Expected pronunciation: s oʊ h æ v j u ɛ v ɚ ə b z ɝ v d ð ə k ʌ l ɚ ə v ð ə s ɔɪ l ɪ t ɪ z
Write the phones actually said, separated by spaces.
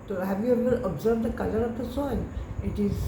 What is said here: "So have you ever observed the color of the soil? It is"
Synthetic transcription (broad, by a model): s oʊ h æ v j u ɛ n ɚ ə b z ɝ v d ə k ʌ l ɚ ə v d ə s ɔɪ n ɪ t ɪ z